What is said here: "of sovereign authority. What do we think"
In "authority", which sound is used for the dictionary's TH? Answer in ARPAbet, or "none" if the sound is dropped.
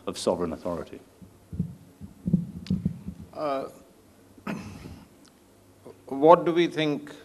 TH